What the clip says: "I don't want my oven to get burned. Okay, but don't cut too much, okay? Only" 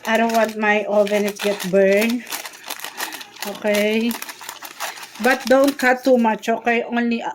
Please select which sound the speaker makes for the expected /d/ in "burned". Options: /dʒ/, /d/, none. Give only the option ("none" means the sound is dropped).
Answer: none